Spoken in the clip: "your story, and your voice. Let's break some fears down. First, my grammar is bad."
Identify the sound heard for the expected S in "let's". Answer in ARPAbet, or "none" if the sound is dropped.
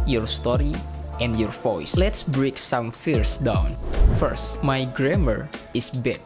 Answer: S